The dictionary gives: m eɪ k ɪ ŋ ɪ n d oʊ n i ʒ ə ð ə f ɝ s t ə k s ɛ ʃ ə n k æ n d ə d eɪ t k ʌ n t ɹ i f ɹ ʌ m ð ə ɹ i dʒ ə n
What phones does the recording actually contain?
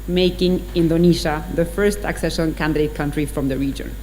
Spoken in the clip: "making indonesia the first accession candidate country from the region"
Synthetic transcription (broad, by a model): m eɪ k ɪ ŋ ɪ n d oʊ n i ʃ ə ð ə f ɝ s t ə k s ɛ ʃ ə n k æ n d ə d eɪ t k ʌ n t ɹ i f ɹ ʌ m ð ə ɹ i dʒ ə n